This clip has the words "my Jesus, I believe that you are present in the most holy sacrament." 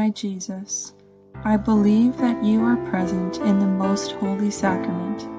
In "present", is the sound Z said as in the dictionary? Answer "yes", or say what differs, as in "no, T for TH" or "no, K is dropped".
yes